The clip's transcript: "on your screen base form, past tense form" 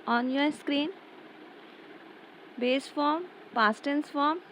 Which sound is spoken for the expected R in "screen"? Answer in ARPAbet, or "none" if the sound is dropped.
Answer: R